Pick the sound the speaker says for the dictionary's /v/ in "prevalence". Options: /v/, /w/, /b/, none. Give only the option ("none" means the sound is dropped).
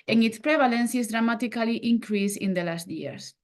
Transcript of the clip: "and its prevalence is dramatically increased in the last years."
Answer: /b/